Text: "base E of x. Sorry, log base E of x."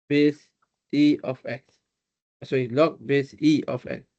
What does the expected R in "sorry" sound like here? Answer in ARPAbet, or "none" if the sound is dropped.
none